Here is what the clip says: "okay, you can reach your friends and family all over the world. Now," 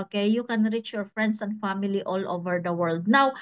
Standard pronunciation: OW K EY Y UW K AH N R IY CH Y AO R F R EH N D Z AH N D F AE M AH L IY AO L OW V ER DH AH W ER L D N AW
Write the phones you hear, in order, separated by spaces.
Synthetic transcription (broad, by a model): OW K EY Y UW K AH N R IY CH Y AO R F R EH N D S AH N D F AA M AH L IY AO L OW V ER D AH W ER L D N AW